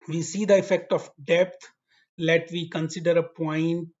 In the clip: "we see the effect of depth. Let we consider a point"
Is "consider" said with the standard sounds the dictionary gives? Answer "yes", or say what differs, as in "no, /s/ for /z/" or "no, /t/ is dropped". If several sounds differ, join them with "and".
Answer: yes